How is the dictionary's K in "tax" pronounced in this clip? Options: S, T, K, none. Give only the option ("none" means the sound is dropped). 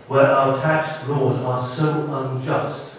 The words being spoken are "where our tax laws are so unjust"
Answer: K